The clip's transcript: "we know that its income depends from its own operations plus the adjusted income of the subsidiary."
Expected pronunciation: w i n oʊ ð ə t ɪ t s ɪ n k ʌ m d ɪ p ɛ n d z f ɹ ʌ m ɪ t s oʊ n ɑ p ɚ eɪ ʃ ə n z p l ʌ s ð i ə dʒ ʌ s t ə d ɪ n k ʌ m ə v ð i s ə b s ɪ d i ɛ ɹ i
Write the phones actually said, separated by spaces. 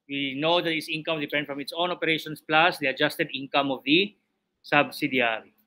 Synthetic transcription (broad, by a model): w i n oʊ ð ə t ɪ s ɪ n k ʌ m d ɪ p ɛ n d f ɹ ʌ m ɪ t s oʊ n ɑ p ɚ eɪ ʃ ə n s p l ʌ s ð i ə dʒ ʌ s t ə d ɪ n k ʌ m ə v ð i s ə b s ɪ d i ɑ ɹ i